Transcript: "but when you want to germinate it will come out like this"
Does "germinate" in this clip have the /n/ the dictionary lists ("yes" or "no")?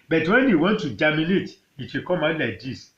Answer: no